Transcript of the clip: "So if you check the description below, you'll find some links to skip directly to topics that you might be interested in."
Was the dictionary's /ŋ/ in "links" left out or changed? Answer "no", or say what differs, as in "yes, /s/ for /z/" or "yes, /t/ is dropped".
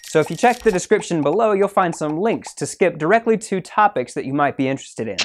no